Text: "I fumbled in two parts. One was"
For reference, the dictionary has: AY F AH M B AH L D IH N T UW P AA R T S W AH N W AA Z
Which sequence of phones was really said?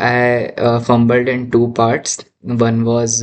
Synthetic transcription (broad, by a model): AY F AH M B AH L D IH N T UW P AA R T S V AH N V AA Z